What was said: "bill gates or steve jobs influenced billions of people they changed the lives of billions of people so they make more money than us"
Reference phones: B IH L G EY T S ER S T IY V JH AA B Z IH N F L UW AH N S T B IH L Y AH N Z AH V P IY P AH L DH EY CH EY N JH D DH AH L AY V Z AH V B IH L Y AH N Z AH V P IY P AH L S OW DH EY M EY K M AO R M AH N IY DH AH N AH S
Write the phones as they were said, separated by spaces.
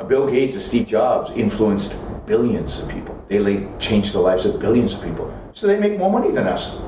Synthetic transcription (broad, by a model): B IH L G EY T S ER S T IY P JH AA B Z IH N F L UW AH N S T B IH L Y AH N Z AH V P IY P L DH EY CH EY N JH DH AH L AY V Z AH V B IH L Y AH N Z AH V P IY P L S OW DH EY M EY K M AO R M AH N IY DH AH N AH S